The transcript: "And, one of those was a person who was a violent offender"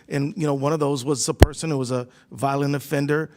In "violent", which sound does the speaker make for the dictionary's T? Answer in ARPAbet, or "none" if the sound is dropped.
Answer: none